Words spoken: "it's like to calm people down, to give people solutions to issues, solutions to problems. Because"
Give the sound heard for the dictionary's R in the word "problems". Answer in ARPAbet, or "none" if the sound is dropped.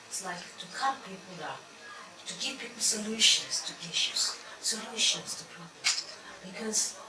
none